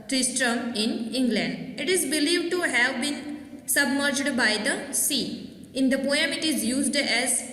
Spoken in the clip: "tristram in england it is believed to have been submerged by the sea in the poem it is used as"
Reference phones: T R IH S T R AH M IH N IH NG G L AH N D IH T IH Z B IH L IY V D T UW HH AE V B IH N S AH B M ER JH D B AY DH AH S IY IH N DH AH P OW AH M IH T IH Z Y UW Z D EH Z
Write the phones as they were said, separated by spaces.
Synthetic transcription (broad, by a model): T R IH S T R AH M IH N IH NG G L AH N D IH T IH Z B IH L IY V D T UW HH AE V B IH N S AH B M ER JH D B AY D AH S IY IH N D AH P OW AH M IH T IH Z Y UW Z D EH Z